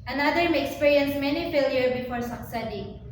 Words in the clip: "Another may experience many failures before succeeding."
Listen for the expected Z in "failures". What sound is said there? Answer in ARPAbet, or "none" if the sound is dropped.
none